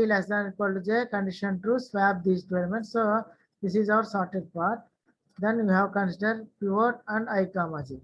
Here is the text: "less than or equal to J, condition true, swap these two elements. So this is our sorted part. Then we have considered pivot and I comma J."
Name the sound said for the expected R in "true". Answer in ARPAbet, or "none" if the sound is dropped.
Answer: none